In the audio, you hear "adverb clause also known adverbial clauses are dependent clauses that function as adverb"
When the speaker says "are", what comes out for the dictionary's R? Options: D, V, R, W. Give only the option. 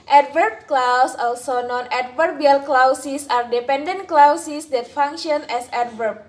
R